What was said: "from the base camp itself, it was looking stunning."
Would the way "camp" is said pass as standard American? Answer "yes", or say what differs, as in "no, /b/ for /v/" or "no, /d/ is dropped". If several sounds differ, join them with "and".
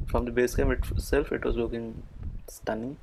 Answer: no, /p/ is dropped